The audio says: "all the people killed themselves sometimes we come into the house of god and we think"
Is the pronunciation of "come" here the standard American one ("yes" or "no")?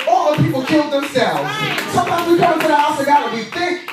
no